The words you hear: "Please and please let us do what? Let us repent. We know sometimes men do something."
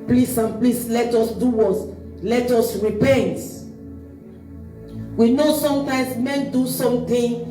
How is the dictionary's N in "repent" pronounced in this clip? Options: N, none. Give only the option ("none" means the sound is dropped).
N